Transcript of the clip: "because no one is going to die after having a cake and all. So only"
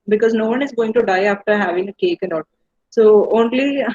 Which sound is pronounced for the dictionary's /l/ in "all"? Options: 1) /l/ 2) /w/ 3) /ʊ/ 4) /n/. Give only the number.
4